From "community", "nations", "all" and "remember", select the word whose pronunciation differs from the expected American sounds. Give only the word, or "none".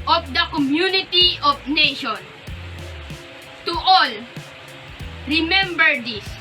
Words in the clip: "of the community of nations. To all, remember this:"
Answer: nations